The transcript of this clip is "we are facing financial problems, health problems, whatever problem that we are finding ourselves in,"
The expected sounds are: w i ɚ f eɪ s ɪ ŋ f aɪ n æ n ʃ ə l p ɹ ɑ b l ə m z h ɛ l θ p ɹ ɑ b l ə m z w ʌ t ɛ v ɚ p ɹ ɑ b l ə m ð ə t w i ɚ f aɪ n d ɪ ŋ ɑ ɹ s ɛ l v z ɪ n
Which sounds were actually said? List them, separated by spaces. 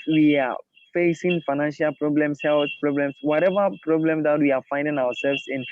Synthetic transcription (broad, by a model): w i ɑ f eɪ s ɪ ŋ f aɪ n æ n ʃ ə l p ɹ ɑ b l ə m s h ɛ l s p ɹ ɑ b l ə m s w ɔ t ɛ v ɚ p ɹ ɑ b l ə m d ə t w i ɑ f aɪ n d ɪ ŋ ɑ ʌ s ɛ l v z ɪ n